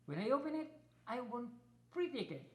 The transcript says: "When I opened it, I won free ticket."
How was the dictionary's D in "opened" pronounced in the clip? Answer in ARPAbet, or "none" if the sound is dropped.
none